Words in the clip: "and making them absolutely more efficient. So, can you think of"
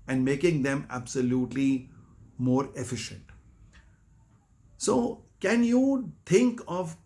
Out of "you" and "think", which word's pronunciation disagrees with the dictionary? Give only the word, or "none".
think